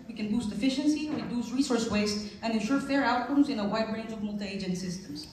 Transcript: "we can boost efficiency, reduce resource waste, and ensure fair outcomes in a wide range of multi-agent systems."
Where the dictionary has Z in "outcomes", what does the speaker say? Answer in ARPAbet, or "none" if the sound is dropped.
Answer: Z